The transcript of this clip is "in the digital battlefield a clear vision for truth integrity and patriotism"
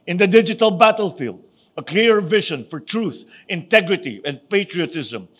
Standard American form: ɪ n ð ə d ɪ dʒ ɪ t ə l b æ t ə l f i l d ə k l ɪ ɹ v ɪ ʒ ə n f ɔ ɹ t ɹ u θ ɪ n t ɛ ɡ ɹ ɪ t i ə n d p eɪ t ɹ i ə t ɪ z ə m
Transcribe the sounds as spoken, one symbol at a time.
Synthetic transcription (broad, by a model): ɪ n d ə d ɪ dʒ ɪ t ə l b æ t ə l f i l d ə k l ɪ ɹ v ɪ ʃ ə n f ɔ ɹ t ɹ u θ ɪ n t ɛ ɡ ɹ ɪ t i ə n d p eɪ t ɹ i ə t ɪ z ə m